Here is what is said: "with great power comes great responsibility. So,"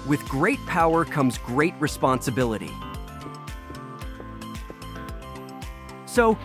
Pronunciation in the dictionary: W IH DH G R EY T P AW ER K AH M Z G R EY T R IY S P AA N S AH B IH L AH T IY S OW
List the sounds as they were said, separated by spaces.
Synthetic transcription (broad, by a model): W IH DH G R EY T P AW ER K AH M Z G R EY T R IY S P AA N S AH B IH L AH T IY S OW